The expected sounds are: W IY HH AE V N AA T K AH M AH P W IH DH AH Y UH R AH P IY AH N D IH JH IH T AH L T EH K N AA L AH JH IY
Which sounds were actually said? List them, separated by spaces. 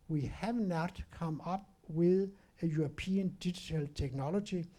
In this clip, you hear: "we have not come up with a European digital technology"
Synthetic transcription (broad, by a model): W IY HH AE V N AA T K AH M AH B W IH DH AH Y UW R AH P IY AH N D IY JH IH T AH L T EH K N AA L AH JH IY